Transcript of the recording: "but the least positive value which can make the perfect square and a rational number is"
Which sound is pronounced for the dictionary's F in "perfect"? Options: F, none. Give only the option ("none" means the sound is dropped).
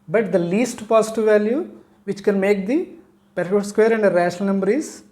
none